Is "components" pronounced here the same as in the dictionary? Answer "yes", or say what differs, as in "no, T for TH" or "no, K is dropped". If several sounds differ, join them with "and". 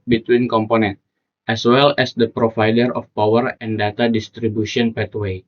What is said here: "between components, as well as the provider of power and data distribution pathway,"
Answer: no, S is dropped